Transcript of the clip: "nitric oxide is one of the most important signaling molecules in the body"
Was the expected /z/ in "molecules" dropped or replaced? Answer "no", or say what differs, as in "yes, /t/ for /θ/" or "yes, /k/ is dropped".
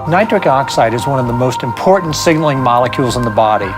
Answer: no